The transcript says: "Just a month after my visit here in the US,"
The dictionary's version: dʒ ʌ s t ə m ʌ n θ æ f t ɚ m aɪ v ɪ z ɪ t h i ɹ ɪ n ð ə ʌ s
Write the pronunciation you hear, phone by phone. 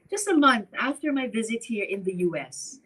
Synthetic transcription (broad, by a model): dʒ ʌ s t ə m ʌ n θ æ f t ɚ m aɪ v ɪ z ɪ t h i ɹ ɪ n ð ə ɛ s